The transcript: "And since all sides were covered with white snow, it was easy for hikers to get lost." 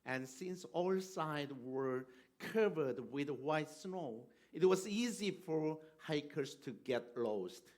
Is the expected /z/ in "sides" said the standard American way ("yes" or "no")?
no